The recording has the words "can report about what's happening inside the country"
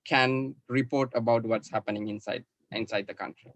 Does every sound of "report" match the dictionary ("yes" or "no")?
yes